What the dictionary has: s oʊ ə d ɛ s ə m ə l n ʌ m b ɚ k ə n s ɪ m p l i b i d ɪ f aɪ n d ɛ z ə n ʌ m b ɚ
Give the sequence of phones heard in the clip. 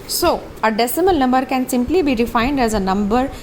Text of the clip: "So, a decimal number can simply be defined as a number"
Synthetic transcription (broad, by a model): s oʊ ə d ɛ s ə m ə l n ʌ m b ɚ k ə n s ɪ m p l i b i d ɪ f aɪ n d ɛ z ə n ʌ m b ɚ